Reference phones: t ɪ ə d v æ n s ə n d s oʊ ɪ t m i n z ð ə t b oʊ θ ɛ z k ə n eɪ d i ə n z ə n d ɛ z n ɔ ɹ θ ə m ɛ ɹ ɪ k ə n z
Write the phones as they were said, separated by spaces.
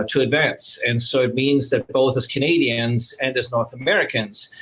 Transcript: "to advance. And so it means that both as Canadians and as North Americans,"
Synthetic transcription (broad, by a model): t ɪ ə d v æ n s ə n s oʊ ɪ t m i n z ð ə t b oʊ θ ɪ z k ə n eɪ d i ə n z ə n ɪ z n ɔ ɹ θ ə m ɛ ɹ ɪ k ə n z